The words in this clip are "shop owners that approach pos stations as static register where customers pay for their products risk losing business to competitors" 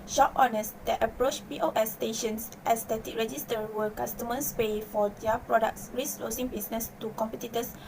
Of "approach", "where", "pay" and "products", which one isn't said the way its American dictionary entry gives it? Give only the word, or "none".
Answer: where